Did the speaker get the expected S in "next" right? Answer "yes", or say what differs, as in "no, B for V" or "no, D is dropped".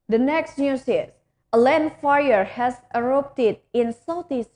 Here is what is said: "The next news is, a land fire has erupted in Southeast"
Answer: yes